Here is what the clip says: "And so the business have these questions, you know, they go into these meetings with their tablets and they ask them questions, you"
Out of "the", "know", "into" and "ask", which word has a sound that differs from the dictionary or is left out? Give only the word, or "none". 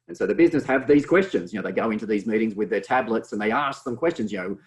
none